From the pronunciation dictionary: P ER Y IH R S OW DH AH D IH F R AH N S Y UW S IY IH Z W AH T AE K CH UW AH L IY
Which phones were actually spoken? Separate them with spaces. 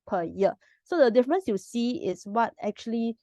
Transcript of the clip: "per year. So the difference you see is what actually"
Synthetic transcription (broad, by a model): P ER Y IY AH S OW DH AH D IH F R AH N S Y UW S IY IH S W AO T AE K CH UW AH L IY